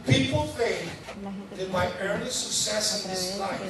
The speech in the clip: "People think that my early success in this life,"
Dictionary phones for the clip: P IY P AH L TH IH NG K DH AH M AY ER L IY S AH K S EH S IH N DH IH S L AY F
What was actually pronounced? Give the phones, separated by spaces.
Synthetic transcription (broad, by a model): P IY P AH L F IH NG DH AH M AY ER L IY S AH K S EH S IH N DH IH S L AY